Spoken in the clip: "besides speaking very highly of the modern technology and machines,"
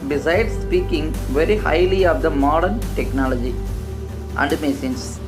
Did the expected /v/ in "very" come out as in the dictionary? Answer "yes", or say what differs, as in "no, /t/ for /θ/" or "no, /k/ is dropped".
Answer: yes